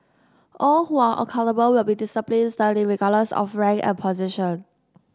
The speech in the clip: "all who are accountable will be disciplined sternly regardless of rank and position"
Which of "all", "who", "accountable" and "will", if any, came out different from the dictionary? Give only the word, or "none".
accountable